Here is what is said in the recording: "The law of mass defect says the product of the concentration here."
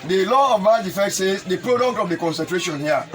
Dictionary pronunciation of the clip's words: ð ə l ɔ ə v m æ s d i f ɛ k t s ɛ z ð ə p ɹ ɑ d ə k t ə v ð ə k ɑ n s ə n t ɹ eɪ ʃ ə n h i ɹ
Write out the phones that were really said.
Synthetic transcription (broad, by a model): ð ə l ɔ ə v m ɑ d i f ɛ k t s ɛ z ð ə p ɹ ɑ d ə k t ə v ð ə k ɑ n s ə n t ɹ eɪ ʃ ə n h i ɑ